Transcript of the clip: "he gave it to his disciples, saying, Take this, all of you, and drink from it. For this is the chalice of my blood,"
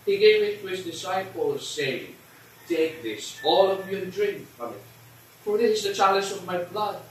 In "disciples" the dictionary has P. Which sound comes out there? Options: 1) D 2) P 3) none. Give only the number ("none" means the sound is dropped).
2